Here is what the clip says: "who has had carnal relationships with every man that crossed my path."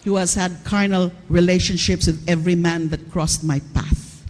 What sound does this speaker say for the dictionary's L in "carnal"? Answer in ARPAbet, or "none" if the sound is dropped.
L